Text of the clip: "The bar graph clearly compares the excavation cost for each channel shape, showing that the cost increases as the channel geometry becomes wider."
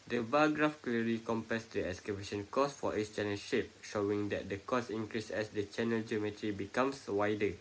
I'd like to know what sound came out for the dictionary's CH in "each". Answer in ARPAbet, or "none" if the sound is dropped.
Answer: S